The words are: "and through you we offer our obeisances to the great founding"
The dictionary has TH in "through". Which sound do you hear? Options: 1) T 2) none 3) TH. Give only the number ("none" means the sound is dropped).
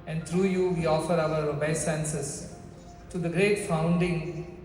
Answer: 1